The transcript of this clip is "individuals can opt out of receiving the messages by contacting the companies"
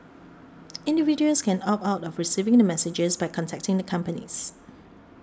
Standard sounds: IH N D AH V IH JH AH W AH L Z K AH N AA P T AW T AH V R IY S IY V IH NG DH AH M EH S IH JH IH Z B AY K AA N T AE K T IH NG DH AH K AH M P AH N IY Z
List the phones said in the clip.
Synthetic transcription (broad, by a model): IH N D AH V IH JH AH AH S K AH N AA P AW T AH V R IY S IY V IH NG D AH M EH S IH JH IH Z B AY K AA N T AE K T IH NG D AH K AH M P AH N IY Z